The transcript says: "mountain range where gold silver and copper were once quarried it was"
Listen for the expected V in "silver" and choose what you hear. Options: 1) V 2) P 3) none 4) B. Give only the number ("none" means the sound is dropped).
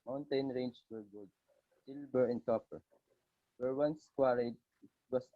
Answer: 4